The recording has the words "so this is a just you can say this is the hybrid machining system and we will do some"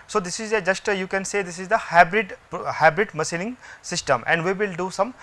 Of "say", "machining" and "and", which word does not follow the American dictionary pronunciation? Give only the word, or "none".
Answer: machining